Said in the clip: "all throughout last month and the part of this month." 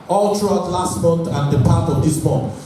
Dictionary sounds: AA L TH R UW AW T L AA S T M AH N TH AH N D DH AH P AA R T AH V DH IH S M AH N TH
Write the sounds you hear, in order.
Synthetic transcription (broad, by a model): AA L T R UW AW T L AA S T M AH N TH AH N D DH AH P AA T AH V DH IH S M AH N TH